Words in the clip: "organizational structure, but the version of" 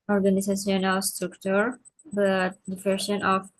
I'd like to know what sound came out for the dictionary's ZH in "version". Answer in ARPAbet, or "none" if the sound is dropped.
S